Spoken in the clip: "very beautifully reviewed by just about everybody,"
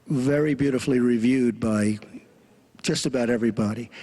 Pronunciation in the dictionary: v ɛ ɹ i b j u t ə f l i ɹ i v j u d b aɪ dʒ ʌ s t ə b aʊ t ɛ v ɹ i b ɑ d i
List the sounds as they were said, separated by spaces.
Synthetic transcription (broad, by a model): v ɛ ɹ i b j u t ə f l i ɹ i v j u d b aɪ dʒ ʌ s t ə b aʊ t ɛ v ɹ i b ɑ d i